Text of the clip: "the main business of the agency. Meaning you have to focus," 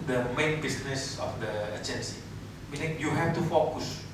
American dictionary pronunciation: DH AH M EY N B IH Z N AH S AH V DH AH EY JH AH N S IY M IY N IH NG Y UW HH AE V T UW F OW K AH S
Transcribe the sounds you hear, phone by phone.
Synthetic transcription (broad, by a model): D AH M EY N B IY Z N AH S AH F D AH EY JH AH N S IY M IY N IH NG Y UW HH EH F T UW F OW K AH S